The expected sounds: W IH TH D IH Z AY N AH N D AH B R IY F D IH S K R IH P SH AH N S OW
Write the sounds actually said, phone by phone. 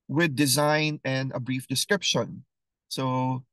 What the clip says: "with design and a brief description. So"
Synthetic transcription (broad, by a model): W IH D IH Z AY N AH N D AH B R IY F D IH S K R IH P SH AH N S OW